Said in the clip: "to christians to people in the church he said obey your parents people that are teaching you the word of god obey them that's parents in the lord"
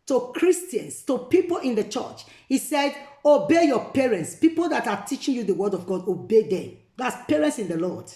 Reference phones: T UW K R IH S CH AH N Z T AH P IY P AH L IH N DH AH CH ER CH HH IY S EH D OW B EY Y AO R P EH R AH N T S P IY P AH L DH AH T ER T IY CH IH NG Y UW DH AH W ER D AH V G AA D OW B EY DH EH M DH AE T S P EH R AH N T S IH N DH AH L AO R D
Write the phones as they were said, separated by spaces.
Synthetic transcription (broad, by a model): T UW K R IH S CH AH N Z T AH P IY P AH L IH N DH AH CH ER CH HH IY S EH D OW B EY Y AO P EH R AH N T S P IY P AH L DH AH T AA T IY CH IH NG Y UW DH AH W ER D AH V G AA D OW B EY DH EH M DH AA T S P EH R AH N T S IH N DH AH L AO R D